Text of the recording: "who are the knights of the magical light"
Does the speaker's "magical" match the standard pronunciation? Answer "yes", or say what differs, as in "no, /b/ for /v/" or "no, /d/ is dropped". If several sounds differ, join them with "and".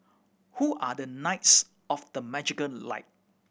no, /n/ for /l/